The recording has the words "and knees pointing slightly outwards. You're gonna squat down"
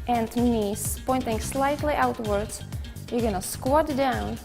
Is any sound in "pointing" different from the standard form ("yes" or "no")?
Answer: no